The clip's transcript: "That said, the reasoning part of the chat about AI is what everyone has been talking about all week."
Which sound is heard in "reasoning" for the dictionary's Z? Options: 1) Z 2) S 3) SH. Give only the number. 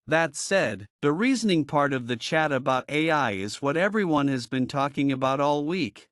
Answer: 1